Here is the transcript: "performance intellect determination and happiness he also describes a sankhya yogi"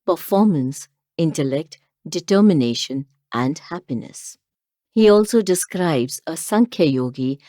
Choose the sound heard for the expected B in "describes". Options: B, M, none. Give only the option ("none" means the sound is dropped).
B